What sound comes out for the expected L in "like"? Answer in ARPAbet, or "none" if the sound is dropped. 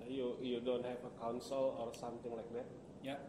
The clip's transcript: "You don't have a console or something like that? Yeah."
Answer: L